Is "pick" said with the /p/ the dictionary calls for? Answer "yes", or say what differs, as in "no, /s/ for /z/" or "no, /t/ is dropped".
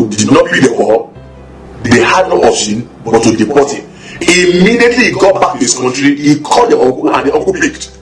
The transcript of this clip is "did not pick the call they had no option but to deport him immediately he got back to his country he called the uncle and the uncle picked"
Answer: no, /b/ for /p/